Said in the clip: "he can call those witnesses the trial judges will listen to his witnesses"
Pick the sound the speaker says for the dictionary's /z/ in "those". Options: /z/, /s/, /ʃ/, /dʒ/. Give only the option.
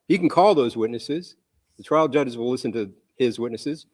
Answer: /z/